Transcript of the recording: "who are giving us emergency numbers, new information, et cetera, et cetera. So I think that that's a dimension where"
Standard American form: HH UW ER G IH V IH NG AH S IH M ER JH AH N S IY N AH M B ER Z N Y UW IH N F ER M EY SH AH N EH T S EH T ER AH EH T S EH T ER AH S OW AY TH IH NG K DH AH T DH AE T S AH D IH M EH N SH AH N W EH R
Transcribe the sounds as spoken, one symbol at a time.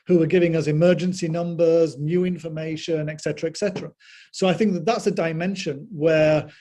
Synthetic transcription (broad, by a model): HH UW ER G IH V IH NG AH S IH M ER JH AH N S IY N AH M B ER Z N Y UW IH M F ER M EY SH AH N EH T S EH T ER AH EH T S EH T ER AH S OW AY TH IH NG K DH AH T DH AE T S AH D IH M EH N SH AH N W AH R